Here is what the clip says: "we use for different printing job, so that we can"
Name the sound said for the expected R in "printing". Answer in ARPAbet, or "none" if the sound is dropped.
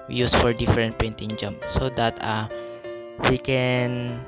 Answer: none